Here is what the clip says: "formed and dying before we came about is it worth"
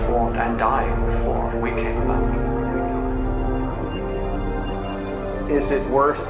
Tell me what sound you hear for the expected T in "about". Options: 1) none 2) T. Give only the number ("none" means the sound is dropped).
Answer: 1